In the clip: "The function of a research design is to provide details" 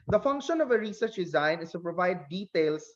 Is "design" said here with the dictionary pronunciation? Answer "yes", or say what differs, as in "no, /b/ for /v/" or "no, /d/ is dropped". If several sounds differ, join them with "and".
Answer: yes